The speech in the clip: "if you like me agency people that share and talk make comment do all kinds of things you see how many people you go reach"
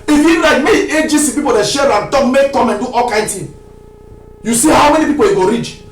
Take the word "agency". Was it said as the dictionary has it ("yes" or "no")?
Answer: no